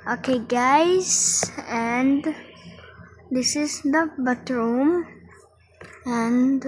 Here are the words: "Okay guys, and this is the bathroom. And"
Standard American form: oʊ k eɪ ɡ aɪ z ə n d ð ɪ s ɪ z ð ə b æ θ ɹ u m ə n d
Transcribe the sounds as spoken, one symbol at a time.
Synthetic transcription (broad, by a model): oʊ k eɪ ɡ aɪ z ə n d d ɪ s ɪ z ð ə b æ t ɹ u m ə n d